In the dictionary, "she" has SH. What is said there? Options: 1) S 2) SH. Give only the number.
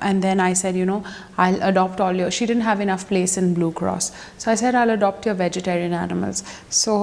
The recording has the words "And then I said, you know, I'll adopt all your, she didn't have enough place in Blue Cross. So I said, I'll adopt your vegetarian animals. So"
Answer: 2